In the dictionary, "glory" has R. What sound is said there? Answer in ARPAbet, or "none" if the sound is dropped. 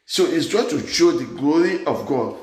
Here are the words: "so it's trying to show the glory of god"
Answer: R